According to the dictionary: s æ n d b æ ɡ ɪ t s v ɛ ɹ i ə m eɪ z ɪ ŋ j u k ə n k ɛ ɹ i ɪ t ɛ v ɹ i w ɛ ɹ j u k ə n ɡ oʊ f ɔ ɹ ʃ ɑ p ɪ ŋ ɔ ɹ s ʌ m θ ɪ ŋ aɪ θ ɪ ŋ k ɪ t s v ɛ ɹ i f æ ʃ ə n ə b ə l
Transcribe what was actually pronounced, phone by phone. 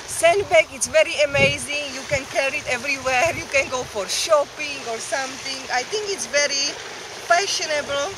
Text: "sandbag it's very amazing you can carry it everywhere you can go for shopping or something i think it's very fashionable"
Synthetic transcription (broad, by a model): s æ n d b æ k ɪ t s v ɛ ɹ i ə m eɪ z ɪ ŋ j u k ə n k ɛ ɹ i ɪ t ɛ v ɹ i w ɛ ɹ j u k ə n ɡ oʊ f ɔ ɹ ʃ ɑ p ɪ ŋ ɔ ɹ s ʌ m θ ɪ ŋ aɪ t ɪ ŋ k ɪ t s v ɛ ɹ i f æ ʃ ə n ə b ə l